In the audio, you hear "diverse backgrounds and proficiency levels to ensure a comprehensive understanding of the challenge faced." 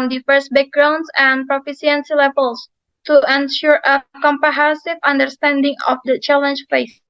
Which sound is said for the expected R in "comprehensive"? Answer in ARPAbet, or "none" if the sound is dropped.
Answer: none